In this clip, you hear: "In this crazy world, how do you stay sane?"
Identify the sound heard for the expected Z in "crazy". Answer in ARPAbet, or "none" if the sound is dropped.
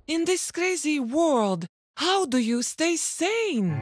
Z